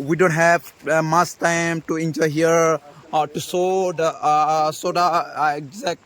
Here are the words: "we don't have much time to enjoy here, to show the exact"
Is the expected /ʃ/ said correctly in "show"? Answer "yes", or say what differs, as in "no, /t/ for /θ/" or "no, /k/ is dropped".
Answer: no, /s/ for /ʃ/